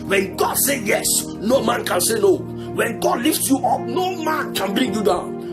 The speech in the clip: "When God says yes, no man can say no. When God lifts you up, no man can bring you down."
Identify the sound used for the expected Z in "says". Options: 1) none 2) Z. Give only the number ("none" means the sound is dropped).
1